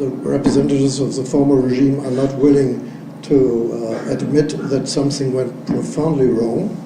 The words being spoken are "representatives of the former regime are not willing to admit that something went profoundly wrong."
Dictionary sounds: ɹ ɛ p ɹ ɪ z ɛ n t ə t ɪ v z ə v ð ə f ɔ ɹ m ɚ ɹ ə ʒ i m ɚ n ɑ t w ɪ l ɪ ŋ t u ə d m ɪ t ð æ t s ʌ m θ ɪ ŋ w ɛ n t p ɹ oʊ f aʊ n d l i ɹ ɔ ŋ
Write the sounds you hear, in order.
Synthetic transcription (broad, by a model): ɹ ɛ p ɹ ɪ z ɛ n t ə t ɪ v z ə v ð ə f ɔ ɹ m ɚ ɹ ə ʒ i m ɚ n ɑ t w ɪ l ɪ ŋ t u ə d m ɪ t ð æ t s ʌ m θ ɪ ŋ w ɛ n t p ɹ oʊ f aʊ n d l i ɹ ɔ ŋ